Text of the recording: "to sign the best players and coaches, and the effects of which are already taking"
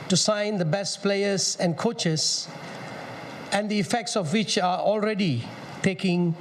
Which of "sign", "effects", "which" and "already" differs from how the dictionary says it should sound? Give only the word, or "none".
none